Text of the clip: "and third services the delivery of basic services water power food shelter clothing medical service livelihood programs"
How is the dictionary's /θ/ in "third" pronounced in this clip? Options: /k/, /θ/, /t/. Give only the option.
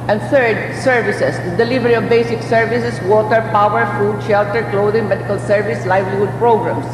/t/